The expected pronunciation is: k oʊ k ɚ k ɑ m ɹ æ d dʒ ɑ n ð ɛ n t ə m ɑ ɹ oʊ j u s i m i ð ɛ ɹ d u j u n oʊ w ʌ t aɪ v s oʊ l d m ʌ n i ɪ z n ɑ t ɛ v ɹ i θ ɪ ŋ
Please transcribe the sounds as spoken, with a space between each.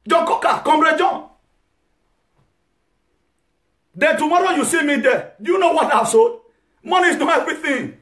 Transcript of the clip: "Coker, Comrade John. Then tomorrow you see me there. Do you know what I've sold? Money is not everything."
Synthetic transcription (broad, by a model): k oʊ k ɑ k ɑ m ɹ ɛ dʒ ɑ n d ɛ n t ə m ɑ ɹ oʊ j u s i m i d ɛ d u j u n oʊ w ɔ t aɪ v s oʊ d m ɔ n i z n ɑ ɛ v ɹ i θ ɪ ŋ